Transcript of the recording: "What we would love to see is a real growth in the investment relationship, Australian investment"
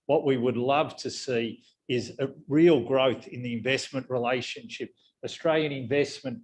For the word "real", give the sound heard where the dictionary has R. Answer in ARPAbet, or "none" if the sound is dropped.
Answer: R